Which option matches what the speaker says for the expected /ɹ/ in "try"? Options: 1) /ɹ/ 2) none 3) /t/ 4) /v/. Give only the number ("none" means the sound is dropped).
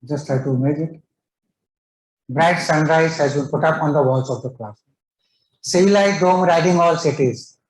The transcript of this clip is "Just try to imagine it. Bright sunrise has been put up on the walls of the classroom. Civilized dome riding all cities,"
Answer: 2